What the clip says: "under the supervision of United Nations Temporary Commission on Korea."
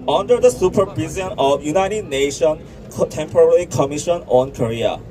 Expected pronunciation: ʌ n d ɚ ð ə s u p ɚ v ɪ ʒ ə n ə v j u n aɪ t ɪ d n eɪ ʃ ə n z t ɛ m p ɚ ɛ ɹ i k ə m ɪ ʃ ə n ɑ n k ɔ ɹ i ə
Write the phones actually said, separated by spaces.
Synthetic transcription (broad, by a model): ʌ n d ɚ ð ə s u p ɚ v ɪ z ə n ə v j u n aɪ t ɪ d n eɪ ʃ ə n t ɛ m p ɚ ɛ ɹ i k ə m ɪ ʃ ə n ɑ n k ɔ ɹ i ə